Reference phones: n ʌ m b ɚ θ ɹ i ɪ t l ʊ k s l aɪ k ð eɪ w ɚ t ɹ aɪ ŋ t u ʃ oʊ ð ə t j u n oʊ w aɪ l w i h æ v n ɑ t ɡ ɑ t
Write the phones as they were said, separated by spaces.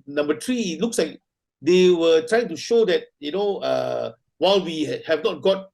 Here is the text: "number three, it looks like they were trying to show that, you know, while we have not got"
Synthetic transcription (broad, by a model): n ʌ m b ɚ t ɹ i ɪ t l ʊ k s l aɪ k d eɪ w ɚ t ɹ aɪ ŋ t u ʃ oʊ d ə t j u n oʊ w aɪ l w i h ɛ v n ɑ t ɡ ɑ t